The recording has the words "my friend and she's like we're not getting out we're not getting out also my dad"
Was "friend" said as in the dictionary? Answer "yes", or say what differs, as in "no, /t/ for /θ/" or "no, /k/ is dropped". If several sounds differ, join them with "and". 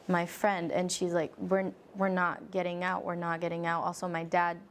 yes